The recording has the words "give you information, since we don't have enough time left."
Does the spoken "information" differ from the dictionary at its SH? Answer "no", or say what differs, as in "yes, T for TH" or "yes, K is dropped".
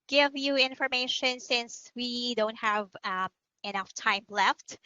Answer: no